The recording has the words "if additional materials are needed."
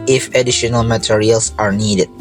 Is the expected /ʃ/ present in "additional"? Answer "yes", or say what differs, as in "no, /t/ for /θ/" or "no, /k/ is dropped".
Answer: yes